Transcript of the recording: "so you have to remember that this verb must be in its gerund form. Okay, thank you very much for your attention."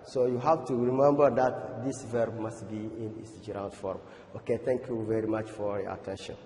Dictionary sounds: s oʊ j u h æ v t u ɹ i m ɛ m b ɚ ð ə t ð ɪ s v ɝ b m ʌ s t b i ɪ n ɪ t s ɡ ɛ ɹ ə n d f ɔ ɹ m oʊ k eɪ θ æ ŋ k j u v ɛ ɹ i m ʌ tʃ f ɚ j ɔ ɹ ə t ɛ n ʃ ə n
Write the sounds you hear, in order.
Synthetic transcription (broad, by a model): s oʊ j u h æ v t u ɹ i m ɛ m b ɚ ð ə t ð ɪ s v ɝ b m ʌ s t b i ɪ n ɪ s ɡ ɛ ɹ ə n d f ɔ ɹ m oʊ k eɪ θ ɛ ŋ k j u v ɛ ɹ i m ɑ tʃ f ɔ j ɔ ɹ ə t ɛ n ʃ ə n